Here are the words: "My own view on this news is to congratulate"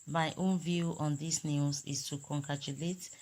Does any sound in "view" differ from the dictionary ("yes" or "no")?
no